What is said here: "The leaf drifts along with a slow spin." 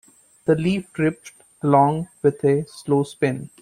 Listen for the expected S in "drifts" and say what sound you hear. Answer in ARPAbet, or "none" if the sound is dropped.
none